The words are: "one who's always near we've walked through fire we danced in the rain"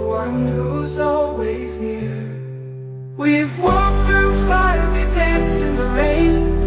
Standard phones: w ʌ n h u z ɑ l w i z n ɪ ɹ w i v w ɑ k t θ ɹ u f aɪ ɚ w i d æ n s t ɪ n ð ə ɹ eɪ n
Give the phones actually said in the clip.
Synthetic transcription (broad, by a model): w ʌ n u z ɑ l w i z n ɪ ɹ w i v w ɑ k θ ɹ u f aɪ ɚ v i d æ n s ɪ n ð ə ɹ eɪ n